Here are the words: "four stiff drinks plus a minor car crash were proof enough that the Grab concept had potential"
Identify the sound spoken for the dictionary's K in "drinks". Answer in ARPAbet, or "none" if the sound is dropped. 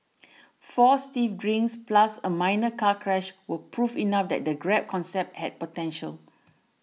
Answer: none